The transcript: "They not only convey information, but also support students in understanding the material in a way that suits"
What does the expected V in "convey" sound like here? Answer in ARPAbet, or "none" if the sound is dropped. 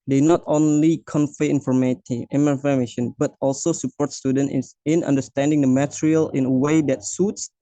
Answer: F